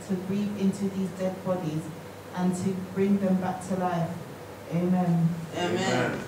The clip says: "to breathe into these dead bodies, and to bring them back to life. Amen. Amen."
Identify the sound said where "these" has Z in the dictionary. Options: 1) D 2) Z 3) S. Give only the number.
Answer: 2